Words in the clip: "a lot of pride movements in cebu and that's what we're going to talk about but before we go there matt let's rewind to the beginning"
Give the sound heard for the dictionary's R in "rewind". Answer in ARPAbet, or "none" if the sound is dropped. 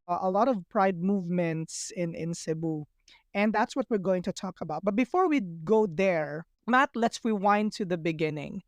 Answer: W